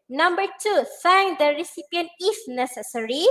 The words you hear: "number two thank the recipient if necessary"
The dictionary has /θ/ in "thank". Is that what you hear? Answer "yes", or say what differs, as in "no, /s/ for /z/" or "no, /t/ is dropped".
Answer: no, /s/ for /θ/